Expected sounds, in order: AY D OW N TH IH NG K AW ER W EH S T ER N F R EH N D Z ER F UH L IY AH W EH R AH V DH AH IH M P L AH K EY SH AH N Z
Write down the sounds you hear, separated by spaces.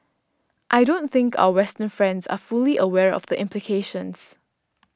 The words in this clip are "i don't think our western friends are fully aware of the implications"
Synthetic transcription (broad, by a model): AY D OW N TH IH NG K AW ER W EH S T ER N F R EH N D Z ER F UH L IY AH W EH R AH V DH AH IH M P L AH K EY SH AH N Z